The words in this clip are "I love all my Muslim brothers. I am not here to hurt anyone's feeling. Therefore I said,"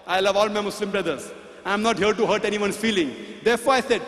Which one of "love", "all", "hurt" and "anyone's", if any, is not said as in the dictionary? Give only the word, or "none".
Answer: anyone's